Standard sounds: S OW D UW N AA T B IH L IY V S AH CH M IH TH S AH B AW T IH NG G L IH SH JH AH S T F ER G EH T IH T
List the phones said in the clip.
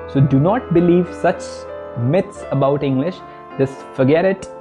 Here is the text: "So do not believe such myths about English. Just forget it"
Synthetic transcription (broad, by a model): S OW D UW N AA T B IH L IY V S AH CH M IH T S AH B AW T IH NG G L IH SH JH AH S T F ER G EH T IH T